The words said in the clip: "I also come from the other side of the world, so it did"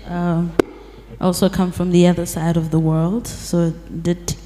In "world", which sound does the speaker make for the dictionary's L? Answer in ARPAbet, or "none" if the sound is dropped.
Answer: L